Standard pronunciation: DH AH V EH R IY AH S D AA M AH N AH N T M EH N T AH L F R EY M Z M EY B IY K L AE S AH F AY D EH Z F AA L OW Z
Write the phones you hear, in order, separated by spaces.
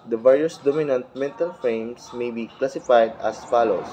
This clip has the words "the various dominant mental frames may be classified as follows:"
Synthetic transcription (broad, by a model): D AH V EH R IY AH S D AA M AH N AH N T M EH N T AH L F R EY M S M EY B IY K L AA S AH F AY D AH S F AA L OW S